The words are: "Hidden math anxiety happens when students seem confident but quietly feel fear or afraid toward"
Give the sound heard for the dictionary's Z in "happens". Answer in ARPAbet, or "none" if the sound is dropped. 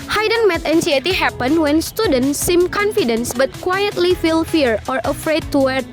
none